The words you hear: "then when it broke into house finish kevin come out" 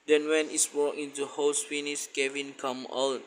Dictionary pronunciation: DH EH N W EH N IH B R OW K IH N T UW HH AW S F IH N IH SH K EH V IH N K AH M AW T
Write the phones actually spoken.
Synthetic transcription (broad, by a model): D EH N W EH N IH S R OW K IH N T UW HH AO S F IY N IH S K EH V IH N K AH M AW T